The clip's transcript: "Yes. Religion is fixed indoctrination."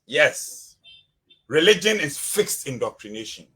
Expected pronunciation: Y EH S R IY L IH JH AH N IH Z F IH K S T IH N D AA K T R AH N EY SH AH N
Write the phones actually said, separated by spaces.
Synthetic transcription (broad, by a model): Y EH S R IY L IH JH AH N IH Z F IH K S T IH N D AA K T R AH N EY SH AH N